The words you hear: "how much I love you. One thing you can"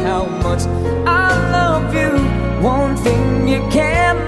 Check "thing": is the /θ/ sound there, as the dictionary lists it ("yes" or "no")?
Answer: yes